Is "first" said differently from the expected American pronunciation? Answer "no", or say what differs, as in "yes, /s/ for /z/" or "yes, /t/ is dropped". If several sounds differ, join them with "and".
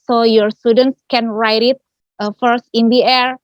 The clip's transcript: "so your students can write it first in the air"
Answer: no